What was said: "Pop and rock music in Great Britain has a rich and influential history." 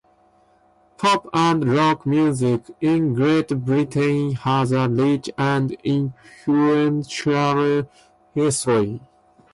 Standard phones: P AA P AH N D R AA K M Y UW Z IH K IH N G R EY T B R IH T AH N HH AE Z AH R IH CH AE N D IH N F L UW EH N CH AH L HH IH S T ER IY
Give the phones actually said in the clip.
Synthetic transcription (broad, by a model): P AA P AH N D R AA K M Y UW Z IH K IH N G R EY T B R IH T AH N HH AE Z AH L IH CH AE N D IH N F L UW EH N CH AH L HH IH S T ER IY